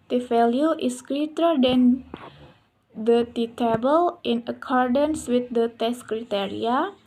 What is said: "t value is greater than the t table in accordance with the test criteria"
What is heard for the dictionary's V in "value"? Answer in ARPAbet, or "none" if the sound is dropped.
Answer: F